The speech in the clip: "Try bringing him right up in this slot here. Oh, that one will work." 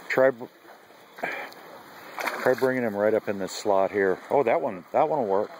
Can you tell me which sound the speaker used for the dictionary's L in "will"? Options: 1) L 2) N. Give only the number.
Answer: 2